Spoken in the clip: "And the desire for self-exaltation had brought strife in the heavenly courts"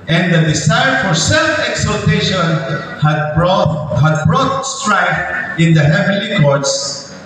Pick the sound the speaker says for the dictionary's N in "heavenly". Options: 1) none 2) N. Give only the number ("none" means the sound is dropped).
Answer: 1